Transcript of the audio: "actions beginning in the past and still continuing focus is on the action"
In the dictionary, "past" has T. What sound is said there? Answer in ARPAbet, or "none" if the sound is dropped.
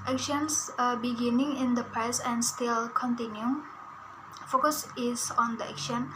none